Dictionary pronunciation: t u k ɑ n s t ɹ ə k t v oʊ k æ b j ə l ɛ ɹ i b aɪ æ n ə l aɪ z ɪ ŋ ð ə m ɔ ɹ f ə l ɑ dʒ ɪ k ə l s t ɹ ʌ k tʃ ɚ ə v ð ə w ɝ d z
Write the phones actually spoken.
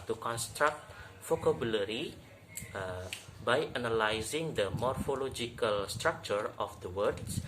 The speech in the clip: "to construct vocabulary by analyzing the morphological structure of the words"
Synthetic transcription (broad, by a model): t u k ɑ n s t ɹ ə k t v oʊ k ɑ b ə l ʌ ɹ i b aɪ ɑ n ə l aɪ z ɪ ŋ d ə m ɔ ɹ f ə l ɑ dʒ ɪ k ə l s t ɹ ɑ k tʃ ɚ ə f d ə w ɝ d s